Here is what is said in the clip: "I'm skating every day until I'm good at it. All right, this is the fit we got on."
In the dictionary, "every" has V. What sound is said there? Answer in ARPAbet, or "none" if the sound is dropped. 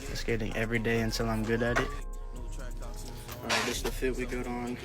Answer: V